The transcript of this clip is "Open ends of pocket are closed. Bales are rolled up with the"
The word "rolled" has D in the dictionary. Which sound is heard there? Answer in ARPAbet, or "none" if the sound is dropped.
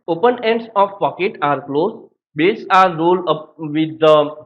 none